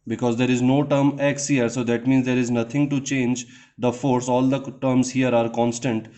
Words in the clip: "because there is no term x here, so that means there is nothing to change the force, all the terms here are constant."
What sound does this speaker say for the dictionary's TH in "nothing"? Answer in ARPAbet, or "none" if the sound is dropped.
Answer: T